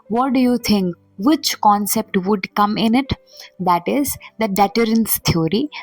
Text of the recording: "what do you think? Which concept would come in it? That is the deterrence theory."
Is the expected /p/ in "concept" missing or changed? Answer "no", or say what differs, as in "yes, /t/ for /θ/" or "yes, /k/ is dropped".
no